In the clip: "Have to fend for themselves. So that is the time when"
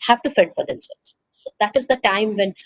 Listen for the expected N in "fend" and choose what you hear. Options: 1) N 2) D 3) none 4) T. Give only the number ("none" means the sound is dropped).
3